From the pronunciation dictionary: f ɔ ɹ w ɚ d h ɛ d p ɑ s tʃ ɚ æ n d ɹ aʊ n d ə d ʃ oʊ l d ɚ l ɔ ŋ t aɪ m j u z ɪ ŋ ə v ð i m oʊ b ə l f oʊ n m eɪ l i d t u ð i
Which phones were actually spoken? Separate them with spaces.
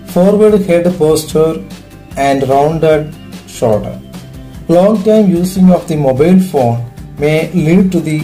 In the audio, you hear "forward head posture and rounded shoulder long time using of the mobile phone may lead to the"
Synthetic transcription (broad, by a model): f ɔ ɹ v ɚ d h ɛ d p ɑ s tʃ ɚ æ n d ɹ aʊ n d ə d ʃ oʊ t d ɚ l ɔ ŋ t aɪ m j u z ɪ ŋ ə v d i m oʊ b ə l f oʊ n m eɪ l i d t u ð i